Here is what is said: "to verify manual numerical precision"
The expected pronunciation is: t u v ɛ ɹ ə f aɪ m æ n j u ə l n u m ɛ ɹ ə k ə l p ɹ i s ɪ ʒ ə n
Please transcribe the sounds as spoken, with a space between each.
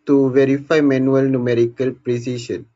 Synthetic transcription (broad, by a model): t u v ɛ ɹ ə f aɪ m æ n j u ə l n u m ɛ ɹ ə k ə l p ɹ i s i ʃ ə n